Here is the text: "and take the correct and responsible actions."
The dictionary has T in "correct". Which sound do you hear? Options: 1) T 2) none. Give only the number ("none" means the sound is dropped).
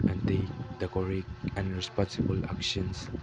2